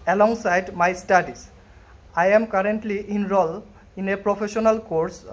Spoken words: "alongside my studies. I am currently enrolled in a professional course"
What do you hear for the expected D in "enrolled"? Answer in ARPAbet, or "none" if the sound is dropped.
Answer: none